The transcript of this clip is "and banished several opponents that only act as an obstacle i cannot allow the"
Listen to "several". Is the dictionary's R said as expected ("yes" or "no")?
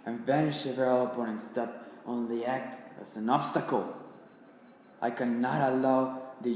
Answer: no